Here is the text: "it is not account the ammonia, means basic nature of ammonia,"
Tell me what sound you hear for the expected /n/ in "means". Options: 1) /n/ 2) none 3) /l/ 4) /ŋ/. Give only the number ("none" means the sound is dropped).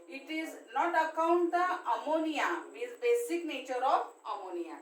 2